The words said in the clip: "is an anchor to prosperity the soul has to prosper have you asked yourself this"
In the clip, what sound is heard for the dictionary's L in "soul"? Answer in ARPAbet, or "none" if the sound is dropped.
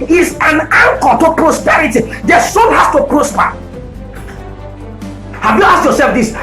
N